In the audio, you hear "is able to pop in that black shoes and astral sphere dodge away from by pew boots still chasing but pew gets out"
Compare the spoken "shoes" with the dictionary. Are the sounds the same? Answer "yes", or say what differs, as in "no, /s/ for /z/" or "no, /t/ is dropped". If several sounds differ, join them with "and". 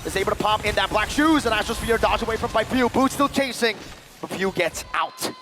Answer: yes